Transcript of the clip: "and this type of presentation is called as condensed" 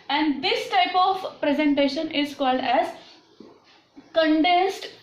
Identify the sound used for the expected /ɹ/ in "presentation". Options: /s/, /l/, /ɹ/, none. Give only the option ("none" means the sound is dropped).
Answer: /ɹ/